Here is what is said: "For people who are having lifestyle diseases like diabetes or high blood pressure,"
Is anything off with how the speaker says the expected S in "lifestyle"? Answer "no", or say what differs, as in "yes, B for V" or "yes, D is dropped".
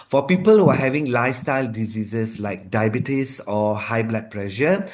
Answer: no